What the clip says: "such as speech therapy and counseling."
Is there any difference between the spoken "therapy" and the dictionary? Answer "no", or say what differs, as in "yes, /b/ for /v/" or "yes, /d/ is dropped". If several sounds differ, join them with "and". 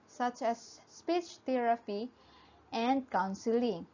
yes, /t/ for /θ/